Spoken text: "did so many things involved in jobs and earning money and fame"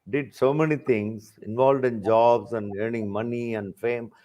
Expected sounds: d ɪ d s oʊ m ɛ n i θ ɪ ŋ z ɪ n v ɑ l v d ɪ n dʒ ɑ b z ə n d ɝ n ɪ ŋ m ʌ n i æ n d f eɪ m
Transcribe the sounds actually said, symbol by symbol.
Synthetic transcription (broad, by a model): d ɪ d s oʊ m ɛ n i t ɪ ŋ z ɪ n v ɑ l v d ɪ n dʒ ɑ b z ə n d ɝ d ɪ ŋ m ʌ n i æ n d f eɪ m